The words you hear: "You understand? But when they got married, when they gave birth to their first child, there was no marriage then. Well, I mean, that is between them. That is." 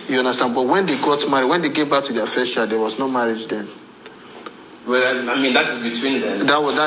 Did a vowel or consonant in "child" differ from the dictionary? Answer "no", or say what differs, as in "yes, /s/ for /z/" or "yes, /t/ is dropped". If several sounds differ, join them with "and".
yes, /l/ is dropped